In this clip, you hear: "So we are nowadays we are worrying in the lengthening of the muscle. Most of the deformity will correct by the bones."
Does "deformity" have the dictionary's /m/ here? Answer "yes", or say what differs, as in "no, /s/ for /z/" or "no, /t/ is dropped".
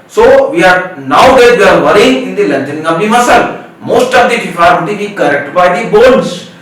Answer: no, /m/ is dropped